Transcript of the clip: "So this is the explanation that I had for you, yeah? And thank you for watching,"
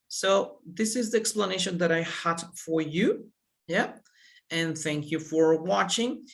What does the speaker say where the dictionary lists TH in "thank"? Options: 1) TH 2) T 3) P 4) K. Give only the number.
1